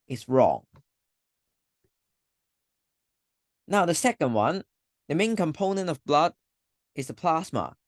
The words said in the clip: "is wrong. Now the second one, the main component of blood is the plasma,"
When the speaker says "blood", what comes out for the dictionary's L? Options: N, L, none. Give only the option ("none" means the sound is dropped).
L